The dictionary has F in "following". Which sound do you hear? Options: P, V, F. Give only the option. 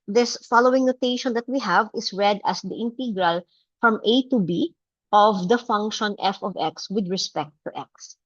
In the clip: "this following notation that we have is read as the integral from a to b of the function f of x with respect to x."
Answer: F